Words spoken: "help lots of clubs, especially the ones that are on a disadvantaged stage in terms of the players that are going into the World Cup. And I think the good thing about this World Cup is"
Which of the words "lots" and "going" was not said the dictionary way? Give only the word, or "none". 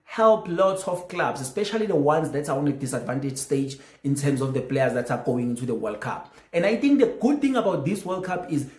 none